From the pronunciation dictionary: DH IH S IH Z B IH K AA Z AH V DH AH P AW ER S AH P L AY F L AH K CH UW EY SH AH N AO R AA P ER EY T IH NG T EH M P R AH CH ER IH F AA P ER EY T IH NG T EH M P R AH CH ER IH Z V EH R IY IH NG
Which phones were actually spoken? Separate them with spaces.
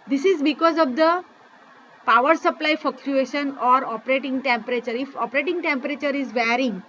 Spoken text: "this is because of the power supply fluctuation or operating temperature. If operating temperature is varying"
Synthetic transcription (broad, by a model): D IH S IH Z B IH K AA Z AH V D AH P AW ER S AH P L AY F AH K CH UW EY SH AH N AO R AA P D EY T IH NG T EH M P R AH CH ER IH F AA P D EY T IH NG T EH M P R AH CH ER IH Z V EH R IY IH NG